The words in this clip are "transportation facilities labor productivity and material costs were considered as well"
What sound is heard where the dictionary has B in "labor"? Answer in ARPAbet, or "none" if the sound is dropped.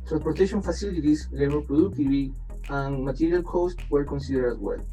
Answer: none